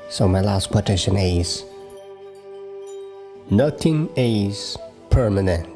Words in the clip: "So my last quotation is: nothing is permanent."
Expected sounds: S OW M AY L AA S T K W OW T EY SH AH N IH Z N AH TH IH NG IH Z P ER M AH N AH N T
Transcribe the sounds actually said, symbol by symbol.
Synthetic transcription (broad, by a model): S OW M AY L AA S T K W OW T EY SH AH N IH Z N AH T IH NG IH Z P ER M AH N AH N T